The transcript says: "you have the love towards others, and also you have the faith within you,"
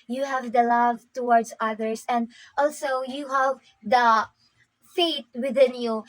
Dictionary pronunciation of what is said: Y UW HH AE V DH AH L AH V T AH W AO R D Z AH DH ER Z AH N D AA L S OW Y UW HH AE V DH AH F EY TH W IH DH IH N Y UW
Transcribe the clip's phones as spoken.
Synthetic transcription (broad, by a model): Y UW HH AE V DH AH L AH V T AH W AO R D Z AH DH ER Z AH N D AA L S OW Y UW HH AE V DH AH F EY T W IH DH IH N Y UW